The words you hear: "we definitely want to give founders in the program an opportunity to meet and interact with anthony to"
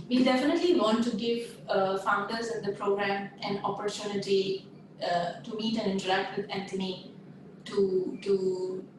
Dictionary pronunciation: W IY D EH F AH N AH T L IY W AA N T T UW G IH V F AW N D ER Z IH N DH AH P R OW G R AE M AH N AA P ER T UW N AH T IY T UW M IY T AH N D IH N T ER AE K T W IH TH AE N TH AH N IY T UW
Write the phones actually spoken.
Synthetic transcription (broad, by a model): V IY D EH F AH N AH T L IY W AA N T T UW G IH V F AW N D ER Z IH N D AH P R OW G R AE M AH N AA P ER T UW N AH T IY T UW M IY T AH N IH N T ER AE K T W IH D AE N T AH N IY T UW